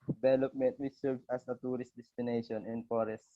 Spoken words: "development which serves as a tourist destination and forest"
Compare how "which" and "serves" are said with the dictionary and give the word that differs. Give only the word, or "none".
serves